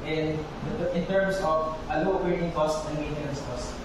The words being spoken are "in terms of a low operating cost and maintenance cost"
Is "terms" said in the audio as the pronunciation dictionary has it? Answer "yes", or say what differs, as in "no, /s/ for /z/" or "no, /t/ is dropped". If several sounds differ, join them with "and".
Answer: no, /s/ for /z/